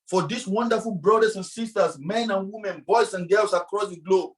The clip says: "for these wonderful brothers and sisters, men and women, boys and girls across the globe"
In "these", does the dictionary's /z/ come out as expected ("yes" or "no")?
no